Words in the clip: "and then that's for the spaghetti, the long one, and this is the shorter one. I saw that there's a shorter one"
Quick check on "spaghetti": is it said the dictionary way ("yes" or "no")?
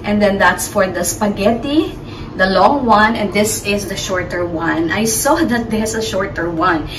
yes